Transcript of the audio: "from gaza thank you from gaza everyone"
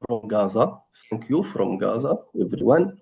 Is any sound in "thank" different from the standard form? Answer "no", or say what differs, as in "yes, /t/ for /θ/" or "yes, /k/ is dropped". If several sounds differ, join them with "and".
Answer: yes, /f/ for /θ/